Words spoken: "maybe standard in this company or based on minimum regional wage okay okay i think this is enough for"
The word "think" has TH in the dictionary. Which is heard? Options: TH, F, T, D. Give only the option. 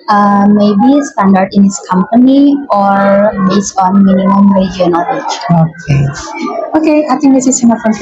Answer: T